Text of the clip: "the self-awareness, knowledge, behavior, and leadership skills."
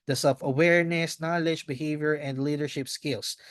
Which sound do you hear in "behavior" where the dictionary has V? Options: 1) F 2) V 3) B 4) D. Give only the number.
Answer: 2